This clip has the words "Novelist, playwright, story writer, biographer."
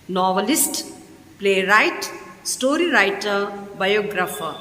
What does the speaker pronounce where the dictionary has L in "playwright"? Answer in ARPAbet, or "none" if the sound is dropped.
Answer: L